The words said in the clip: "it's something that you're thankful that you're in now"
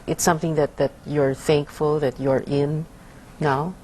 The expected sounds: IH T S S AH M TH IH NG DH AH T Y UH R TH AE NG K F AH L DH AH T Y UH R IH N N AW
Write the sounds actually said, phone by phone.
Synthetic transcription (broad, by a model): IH T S S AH M TH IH NG DH AH T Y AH R TH AE NG K F AH L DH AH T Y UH R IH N N AW